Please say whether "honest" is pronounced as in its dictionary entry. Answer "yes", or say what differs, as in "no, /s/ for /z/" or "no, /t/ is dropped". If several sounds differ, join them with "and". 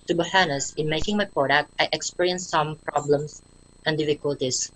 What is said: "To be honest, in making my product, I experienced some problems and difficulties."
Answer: no, /t/ is dropped